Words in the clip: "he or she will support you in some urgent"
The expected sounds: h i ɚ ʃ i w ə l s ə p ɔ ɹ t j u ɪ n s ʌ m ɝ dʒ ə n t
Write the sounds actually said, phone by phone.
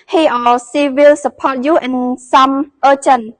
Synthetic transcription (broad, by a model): h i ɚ s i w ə l s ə p ɔ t j u ɪ n s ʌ m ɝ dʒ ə n